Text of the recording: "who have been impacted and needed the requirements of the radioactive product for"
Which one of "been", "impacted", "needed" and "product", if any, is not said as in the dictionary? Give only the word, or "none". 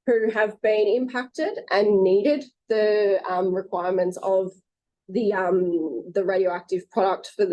none